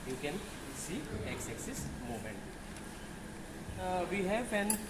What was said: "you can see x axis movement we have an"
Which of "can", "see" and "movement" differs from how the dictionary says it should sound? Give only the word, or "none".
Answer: movement